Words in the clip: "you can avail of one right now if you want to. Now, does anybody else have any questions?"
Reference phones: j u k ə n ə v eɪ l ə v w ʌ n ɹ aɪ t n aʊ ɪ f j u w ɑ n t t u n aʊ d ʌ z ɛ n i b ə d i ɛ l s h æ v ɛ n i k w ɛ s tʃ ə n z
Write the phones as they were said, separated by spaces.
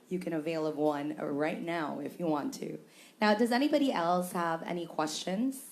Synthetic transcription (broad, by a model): j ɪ k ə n ə v eɪ l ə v w ʌ n ɹ aɪ t n aʊ ɪ f j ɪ w ɑ n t t u n aʊ d ʌ z ɛ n i b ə d i ɛ l s h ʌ v ɛ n i k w ɛ s tʃ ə n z